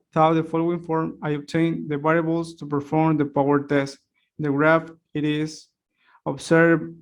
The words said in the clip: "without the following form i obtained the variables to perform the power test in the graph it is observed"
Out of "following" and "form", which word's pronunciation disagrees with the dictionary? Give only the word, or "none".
none